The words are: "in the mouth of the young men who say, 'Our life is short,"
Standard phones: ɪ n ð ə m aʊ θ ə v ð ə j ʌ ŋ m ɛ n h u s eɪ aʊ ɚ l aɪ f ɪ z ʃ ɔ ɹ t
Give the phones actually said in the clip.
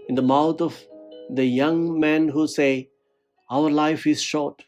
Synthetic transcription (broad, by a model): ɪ n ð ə m aʊ t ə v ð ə j ʌ ŋ m ɛ n h u s eɪ aʊ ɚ l aɪ f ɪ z ʃ ɔ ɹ t